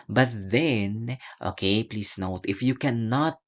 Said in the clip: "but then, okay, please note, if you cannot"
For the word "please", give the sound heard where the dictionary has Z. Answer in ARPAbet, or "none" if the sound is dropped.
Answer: S